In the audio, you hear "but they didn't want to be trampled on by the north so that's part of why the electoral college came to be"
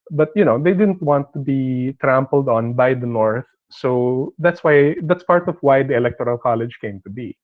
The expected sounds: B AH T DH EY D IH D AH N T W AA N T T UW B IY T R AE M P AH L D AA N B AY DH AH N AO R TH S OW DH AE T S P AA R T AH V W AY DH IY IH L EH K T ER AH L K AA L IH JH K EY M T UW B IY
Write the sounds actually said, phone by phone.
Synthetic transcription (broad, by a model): B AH T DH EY D IH D AH N T W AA N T T UW B IY T R AE M P AH L D AA N B AY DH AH N AO R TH S OW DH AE T S P AA R T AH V W AY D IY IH L EH K T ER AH L K AA L IH JH K EY M T UW B IY